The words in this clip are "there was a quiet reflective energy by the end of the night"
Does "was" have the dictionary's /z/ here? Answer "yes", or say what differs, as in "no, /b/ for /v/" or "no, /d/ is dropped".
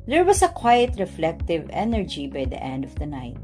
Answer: no, /s/ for /z/